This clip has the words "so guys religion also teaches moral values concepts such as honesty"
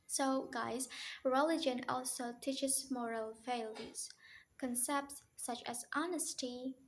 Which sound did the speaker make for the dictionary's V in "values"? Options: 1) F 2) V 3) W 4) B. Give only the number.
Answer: 1